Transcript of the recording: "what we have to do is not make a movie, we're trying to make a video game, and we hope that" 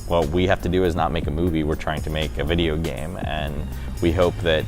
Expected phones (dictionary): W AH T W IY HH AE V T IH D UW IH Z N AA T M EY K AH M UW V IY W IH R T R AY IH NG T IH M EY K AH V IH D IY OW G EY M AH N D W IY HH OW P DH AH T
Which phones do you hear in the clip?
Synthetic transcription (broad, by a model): W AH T W IY HH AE F T IH D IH IH Z N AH T M EY K AH M UW V IY W IH R T R AY IH NG T IH M EY K AH V IH D IY OW G EY M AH N W IY HH OW P DH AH T